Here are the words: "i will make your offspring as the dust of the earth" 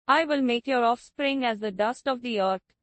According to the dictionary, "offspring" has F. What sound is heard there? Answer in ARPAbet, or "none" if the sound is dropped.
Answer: F